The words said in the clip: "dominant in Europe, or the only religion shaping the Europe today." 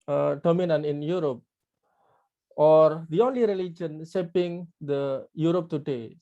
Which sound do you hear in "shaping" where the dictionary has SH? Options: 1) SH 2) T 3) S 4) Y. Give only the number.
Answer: 3